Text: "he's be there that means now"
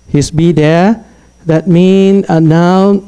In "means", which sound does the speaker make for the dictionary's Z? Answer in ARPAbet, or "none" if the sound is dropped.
none